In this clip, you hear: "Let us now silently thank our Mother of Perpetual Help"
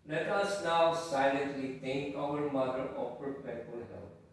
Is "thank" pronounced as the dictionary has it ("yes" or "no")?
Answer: no